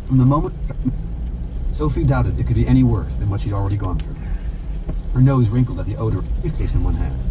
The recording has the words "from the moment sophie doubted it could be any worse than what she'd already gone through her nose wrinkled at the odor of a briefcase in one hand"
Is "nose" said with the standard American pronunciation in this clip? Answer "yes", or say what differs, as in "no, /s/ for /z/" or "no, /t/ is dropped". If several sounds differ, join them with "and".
yes